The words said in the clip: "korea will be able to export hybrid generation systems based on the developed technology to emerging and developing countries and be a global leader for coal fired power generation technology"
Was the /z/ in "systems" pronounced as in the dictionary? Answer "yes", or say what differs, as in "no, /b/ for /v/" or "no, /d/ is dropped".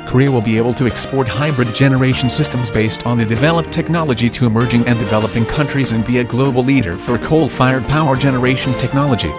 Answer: yes